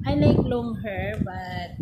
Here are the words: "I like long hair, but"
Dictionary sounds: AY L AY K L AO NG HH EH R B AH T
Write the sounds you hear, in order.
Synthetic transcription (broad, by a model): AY N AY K L AO NG HH EH R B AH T